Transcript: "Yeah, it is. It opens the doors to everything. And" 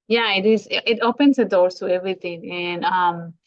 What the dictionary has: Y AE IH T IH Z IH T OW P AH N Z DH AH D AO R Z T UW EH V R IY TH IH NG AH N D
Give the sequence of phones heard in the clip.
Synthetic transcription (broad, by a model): Y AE IH T IH Z IH T OW P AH N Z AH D AO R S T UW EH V R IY T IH NG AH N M